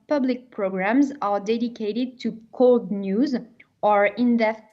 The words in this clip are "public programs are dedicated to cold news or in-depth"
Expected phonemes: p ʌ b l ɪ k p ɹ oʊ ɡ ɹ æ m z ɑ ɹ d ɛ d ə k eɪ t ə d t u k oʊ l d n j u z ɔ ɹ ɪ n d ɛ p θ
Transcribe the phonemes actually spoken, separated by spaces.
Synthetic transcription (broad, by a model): p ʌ b l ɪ k p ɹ oʊ ɡ ɹ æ m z ɑ ɹ d ɛ d ə k eɪ t ə d t u k oʊ l d n j u z ɔ ɹ ɪ n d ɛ